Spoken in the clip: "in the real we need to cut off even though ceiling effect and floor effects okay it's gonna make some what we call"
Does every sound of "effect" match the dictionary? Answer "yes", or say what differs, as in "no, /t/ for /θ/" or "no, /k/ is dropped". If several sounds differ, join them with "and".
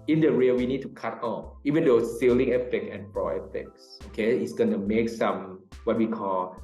no, /t/ is dropped